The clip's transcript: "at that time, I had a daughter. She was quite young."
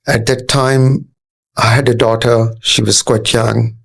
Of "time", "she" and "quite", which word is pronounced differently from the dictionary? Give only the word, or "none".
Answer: none